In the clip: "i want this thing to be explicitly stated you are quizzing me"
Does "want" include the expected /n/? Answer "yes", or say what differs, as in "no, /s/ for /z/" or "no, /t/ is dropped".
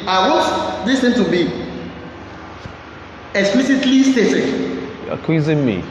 no, /n/ is dropped